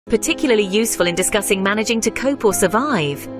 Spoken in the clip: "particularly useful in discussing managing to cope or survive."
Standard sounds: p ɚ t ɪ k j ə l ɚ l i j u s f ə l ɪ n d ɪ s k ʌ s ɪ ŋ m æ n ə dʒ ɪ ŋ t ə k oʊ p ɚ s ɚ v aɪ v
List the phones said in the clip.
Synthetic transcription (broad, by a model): p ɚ t ɪ k j l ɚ l i j u s f ə l ɪ n d ɪ s k ʌ s ɪ ŋ m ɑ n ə dʒ ɪ ŋ t ə k oʊ p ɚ s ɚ v aɪ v